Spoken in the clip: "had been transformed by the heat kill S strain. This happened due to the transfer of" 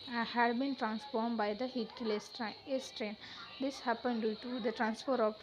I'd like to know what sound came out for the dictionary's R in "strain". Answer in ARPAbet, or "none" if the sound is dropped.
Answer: R